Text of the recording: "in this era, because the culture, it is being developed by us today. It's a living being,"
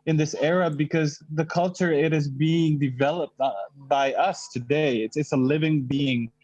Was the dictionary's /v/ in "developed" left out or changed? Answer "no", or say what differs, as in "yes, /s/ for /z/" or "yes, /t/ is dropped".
no